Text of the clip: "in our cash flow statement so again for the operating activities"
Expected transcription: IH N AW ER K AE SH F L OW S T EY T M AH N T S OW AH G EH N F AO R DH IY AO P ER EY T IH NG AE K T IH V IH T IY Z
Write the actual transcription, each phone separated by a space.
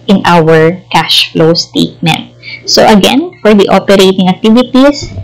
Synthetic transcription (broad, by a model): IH N AW ER K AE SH F L OW S T EY T M AH N T S OW AH G EH N F AO R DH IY AO P ER EY T IH NG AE K T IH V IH T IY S